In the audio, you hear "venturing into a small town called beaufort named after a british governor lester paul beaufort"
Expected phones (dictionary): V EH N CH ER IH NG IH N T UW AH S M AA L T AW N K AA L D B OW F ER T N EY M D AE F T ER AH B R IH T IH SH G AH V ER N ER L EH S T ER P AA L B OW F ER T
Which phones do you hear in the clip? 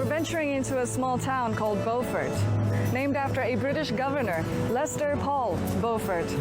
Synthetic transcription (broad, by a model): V EH N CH ER IH NG IH N T UW AH S M AA L T AW N K AA L D B OW F ER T N EY M D AE F T ER AH B R IH T IH SH G AH V ER N ER L EH S T ER P AA L B OW F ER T